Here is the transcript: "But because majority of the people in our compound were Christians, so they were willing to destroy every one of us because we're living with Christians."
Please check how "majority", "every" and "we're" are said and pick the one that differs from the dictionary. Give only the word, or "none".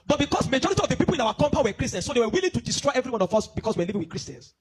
we're